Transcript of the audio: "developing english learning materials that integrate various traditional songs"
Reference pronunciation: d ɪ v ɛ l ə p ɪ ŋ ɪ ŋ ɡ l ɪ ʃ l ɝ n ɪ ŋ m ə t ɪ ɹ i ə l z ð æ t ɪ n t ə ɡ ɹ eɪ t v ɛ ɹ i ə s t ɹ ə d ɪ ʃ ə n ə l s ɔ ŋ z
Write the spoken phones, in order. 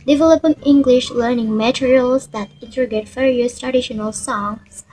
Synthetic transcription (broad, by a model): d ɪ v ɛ l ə p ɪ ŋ ɪ ŋ ɡ l ɪ ʃ l ɝ n ɪ ŋ m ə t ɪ ɹ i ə l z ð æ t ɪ n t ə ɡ eɪ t f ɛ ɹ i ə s t ɹ ə d ɪ ʃ ə n ə l s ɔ ŋ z